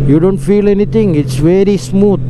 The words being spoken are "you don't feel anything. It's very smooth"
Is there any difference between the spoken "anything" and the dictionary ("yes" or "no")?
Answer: yes